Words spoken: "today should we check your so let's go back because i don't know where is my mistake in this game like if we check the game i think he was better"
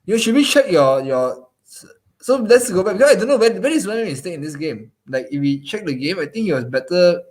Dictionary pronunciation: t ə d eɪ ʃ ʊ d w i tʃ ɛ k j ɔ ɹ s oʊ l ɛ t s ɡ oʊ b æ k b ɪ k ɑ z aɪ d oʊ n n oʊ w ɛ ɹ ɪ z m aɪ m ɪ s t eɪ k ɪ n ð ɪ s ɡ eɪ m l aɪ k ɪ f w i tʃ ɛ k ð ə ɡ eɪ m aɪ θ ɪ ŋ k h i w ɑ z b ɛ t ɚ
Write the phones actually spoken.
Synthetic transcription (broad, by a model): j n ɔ ʃ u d w i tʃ ɛ k j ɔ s s oʊ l ɛ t s ɡ oʊ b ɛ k b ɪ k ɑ s aɪ d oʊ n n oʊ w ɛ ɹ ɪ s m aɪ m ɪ s t eɪ ɪ n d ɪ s ɡ eɪ m l aɪ k ɪ f w i tʃ ɛ k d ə ɡ eɪ m aɪ t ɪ ŋ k h i w ɑ s b ɛ t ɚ